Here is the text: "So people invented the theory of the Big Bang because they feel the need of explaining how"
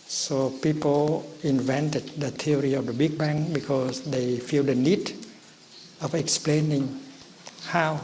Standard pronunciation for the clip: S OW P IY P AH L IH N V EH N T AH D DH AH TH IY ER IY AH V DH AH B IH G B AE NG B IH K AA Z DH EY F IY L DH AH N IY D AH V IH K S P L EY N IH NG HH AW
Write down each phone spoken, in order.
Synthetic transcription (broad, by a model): S OW P IY P AH L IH N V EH N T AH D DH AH T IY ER IY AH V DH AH B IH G B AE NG B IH K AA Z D EY F IY L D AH N IY D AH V IH K S P L EY N IH NG HH AW